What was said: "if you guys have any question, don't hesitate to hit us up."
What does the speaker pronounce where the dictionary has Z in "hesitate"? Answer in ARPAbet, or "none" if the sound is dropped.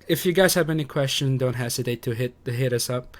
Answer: S